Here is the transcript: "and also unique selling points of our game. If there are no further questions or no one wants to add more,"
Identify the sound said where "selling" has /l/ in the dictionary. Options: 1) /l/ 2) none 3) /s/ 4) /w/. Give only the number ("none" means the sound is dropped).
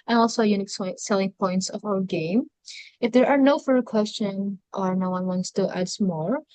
1